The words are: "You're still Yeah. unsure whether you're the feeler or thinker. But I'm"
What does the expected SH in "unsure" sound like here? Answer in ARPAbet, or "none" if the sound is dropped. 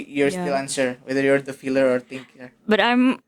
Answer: S